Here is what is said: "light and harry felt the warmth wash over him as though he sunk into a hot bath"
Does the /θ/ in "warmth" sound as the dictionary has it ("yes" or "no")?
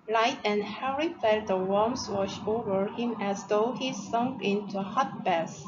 no